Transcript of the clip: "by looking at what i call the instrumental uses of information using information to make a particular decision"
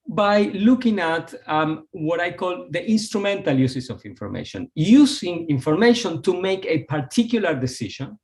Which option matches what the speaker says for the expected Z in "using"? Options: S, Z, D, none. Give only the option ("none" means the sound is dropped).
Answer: S